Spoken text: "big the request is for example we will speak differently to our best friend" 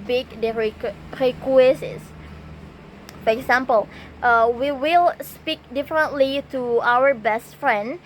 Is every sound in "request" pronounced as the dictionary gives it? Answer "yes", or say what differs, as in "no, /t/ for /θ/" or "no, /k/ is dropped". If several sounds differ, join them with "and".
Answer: no, /t/ is dropped